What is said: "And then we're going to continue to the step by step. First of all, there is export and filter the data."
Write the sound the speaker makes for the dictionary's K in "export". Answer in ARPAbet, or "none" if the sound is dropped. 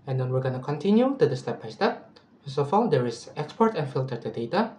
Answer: K